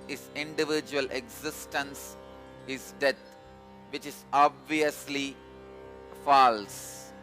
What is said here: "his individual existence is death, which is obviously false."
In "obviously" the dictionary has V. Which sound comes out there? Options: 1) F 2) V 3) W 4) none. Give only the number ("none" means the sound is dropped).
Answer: 2